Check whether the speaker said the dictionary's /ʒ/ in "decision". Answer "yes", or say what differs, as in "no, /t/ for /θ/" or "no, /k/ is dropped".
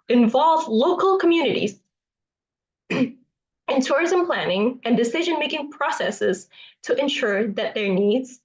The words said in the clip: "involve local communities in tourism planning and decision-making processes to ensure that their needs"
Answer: yes